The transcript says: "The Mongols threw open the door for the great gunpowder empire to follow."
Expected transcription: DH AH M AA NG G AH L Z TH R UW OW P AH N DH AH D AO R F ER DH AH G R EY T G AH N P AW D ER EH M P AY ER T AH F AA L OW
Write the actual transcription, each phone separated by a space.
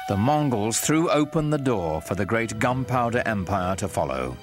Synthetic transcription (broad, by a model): DH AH M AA NG G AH L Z TH R UW OW P AH N DH AH D AO R F ER DH AH G R EY T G AH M P AW D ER EH M P AY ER T AH F AA L OW